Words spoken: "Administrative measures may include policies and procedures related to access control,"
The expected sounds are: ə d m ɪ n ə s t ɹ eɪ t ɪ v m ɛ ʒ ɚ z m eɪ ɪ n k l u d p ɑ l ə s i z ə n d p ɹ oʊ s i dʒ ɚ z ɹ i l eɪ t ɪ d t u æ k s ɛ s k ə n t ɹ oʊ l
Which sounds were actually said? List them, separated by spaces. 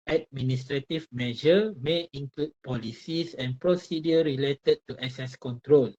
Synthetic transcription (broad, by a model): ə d m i n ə s t ɹ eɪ t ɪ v m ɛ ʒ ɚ m eɪ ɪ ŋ k l u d p ɑ l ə s i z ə n p ɹ oʊ s i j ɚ ɹ i l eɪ t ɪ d t u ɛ s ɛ s k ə n t ɹ oʊ l